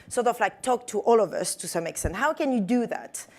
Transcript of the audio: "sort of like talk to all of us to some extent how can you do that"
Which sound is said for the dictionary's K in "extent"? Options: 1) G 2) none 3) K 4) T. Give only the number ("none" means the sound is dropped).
3